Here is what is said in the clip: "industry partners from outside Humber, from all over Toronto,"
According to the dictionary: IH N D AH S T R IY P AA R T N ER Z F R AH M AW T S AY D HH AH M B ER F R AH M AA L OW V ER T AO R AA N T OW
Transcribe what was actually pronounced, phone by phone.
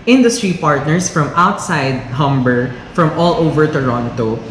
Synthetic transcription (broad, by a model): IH N D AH S T R IY P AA R T N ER S F R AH M AW T S AY D HH AH M B ER F R AH M AA L OW V ER T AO R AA N T OW